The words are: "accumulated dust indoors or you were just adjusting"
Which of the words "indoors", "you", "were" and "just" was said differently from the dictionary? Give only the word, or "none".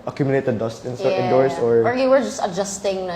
indoors